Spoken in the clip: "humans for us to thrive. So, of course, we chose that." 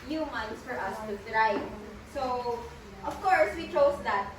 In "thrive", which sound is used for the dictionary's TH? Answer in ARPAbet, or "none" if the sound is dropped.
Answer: T